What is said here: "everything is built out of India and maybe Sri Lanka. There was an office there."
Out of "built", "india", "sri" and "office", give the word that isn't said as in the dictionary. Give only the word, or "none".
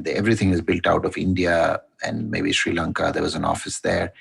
none